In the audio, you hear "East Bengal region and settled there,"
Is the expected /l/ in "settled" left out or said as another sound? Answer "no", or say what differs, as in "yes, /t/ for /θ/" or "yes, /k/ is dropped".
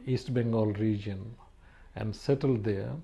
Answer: no